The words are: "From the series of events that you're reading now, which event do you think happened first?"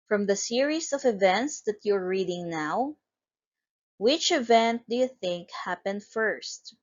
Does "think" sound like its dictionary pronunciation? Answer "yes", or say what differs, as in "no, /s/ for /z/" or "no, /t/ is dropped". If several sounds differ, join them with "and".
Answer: yes